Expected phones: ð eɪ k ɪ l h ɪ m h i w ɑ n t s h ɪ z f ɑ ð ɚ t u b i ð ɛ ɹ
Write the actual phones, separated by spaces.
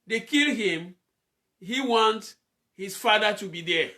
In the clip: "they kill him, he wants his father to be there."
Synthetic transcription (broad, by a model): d eɪ k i l h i m h i w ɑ n t h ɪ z f ɑ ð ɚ t u b i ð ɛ